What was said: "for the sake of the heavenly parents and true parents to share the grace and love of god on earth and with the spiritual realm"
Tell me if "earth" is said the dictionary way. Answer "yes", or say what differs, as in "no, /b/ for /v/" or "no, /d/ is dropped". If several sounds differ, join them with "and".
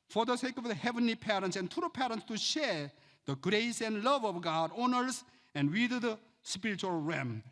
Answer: no, /s/ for /θ/